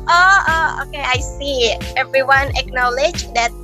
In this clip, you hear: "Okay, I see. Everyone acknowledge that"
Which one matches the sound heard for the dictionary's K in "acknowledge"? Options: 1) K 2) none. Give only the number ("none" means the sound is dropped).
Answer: 1